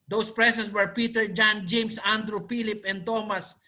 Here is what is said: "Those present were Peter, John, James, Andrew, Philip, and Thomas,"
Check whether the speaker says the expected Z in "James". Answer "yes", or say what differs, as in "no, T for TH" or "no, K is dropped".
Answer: no, S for Z